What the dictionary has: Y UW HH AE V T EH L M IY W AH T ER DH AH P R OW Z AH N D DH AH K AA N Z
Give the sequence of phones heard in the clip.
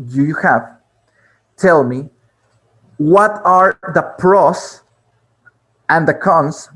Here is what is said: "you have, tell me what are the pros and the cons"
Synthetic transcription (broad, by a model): Y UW HH AE V T EH L M IY W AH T ER DH AH P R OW S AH N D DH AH K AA N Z